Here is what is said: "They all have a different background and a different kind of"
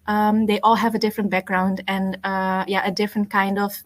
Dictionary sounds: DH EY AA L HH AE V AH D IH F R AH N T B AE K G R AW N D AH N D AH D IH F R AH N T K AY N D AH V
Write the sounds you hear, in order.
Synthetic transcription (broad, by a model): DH EY AA L HH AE V AH D IH F R AH N T B AE K G R AW N D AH N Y AH D IH F R AH N T K AY N D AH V